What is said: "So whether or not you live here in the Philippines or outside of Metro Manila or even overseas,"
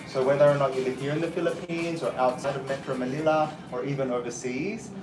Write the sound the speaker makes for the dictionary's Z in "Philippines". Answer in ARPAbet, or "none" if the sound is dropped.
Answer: Z